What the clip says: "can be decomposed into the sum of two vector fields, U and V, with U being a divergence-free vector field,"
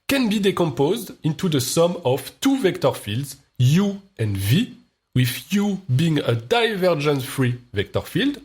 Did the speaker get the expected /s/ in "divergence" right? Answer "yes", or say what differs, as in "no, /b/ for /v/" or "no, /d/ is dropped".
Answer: no, /s/ is dropped